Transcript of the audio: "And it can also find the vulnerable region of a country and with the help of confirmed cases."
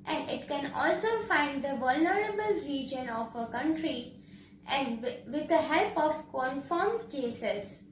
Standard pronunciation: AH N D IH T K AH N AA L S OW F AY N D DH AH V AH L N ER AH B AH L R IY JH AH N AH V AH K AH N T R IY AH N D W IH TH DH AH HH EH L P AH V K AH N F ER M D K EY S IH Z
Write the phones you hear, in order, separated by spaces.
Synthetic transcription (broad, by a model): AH N D IH T K AH N AA L S OW F AY N D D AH V AH L N ER AH B AH L R IY JH AH N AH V AH K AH N T R IY AH N D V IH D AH HH EH L P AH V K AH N F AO M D K EY S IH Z